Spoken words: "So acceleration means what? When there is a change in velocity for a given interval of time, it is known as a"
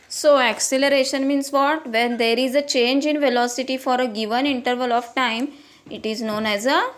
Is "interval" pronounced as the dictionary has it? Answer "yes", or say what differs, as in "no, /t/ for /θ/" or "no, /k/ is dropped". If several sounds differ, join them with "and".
yes